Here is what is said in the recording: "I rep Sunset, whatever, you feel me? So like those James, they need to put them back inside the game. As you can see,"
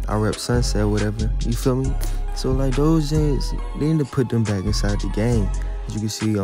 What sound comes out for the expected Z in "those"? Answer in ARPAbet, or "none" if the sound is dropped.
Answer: Z